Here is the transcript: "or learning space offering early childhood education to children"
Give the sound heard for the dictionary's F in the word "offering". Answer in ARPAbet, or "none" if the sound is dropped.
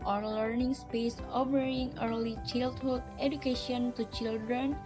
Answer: P